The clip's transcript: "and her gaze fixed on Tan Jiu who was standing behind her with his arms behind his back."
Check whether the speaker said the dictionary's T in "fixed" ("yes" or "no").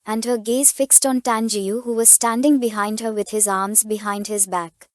yes